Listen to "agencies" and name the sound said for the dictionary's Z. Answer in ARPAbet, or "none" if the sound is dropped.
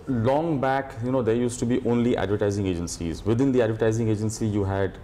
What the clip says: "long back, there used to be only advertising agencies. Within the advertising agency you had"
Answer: Z